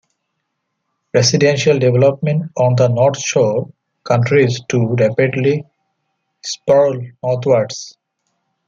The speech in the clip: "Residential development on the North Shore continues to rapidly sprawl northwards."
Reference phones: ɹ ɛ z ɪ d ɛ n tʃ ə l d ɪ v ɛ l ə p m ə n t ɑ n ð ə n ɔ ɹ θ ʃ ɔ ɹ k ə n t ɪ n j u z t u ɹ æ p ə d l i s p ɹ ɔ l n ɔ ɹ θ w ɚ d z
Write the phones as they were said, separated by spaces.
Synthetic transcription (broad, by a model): ɹ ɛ s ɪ d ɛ n ʃ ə l d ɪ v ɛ l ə p m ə n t ɑ n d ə n ɔ ɹ t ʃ ɔ k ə n t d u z t u ɹ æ p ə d l i s p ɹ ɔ l n ɔ ɹ t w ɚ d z